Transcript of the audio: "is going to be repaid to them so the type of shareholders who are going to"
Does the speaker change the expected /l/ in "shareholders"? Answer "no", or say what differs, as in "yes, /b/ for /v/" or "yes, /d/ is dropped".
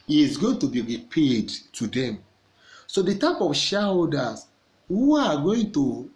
yes, /l/ is dropped